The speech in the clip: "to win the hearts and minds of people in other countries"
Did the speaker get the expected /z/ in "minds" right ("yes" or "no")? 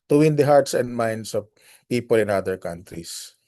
no